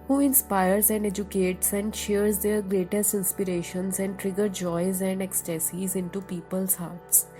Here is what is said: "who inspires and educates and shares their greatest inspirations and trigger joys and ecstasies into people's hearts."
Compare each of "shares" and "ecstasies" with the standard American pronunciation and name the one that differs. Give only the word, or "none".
none